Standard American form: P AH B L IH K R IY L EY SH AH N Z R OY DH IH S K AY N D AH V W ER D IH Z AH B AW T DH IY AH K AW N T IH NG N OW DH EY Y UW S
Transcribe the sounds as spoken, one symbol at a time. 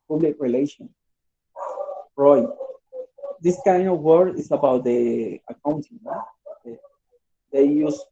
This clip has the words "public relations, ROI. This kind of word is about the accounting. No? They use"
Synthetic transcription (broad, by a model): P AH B L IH K R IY L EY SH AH N R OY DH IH S K AY N D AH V W ER D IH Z AH B AW T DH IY AH K AW N T IH NG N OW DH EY Y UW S